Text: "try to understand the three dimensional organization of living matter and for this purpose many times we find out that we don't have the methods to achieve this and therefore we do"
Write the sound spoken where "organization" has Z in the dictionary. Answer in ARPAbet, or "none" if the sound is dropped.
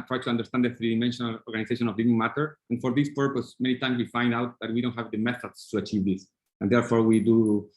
S